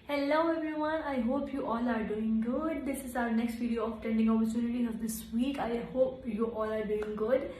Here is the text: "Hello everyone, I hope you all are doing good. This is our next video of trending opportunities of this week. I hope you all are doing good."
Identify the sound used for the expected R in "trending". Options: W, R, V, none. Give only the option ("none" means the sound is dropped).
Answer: none